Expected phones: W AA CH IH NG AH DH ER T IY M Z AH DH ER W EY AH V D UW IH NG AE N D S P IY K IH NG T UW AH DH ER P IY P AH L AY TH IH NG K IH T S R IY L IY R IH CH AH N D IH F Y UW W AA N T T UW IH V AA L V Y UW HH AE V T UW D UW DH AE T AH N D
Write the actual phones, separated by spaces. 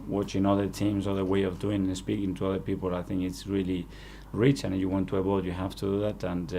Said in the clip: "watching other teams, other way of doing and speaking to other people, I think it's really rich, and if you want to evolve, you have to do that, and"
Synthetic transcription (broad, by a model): W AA CH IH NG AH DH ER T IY M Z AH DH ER W EY AH V D UW IH NG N S P IY K IH NG T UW AH DH ER P IY P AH L AY TH IH NG K IH T S R IY L IY R IH CH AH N IH F Y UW W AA N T T UW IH B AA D Y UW HH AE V T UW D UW DH AE T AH N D